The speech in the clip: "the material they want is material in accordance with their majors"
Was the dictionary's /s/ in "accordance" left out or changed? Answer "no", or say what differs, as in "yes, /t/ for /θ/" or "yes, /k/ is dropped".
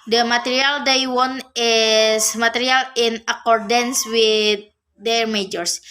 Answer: no